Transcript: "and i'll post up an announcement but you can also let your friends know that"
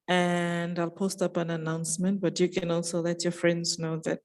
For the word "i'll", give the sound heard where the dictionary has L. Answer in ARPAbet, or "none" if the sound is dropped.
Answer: L